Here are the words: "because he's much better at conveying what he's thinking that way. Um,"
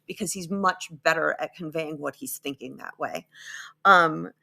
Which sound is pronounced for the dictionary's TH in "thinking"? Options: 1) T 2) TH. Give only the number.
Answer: 2